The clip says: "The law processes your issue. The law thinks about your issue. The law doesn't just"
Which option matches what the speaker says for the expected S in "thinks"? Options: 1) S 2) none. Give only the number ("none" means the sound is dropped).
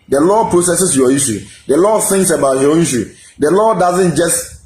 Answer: 1